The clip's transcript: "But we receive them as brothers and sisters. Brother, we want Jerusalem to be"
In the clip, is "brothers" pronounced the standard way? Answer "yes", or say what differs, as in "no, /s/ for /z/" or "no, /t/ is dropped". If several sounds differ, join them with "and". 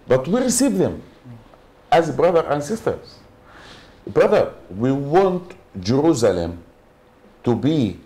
no, /z/ is dropped